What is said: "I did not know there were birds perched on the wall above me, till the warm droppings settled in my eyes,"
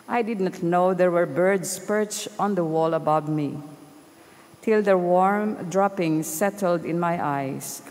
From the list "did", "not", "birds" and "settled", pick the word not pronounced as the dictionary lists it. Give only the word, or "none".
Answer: birds